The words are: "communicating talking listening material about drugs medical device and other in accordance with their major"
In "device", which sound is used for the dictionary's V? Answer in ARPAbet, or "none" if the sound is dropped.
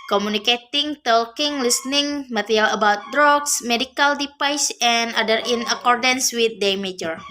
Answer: P